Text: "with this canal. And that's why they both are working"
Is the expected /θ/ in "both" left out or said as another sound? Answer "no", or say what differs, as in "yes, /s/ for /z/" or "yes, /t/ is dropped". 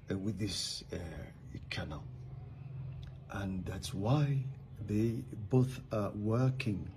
no